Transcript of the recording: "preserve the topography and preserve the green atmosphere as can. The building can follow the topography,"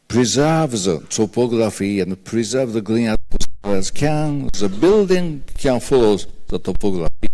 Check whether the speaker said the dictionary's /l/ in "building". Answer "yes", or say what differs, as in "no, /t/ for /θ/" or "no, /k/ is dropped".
yes